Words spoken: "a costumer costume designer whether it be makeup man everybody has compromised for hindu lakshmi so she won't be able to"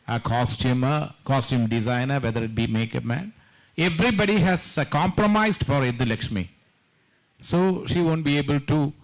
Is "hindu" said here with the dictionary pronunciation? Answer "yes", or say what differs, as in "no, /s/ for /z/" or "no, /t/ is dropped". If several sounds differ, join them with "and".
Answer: no, /n/ is dropped